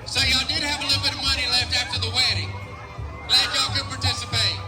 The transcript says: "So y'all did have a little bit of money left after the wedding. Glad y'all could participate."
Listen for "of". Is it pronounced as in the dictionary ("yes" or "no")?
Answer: yes